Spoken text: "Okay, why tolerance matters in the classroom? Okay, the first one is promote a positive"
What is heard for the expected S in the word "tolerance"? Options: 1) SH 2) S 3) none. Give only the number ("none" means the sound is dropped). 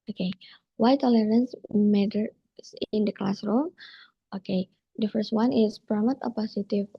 2